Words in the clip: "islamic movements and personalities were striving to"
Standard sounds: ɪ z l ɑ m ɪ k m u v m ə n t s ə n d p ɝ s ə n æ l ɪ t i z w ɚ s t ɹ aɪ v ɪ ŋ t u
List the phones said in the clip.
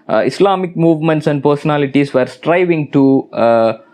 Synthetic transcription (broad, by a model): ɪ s l ɑ m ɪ k m u v m ə n t s ə n d p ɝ s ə n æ l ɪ t i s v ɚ s t ɹ aɪ v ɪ ŋ t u